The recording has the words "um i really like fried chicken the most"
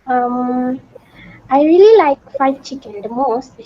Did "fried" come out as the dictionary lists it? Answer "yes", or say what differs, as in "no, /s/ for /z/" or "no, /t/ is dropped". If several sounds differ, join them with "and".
no, /ɹ/ is dropped